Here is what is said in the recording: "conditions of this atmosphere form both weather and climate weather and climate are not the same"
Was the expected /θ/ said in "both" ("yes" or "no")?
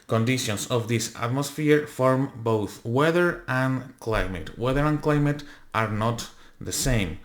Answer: yes